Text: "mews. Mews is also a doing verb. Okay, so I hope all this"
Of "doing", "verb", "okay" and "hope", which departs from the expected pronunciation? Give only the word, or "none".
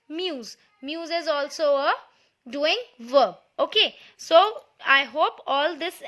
verb